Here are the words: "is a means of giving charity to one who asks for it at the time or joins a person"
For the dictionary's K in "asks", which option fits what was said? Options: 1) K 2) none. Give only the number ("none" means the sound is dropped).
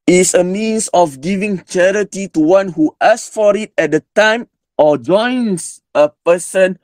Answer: 2